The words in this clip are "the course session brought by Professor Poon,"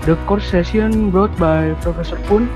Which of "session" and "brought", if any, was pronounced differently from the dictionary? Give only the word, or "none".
session